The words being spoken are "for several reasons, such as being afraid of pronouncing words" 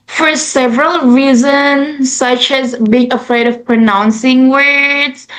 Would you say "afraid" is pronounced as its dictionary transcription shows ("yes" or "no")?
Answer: yes